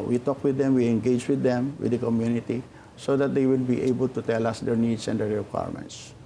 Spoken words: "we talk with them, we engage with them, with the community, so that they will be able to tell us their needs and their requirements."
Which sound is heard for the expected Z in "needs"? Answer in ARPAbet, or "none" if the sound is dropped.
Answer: S